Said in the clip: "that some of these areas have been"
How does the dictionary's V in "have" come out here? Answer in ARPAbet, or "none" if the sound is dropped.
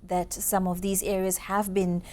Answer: V